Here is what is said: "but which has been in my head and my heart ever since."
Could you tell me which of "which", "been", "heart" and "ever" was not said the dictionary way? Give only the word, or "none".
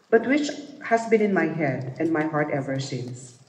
none